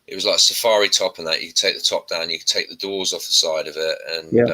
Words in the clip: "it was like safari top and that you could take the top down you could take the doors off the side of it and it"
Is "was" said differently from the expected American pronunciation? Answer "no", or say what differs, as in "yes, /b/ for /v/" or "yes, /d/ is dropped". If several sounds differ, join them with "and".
no